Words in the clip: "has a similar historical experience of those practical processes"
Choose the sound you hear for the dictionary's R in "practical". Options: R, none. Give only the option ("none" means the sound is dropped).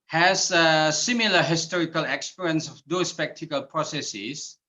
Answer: none